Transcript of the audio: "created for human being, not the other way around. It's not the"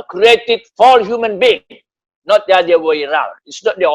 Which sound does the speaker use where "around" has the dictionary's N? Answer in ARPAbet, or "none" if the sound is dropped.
L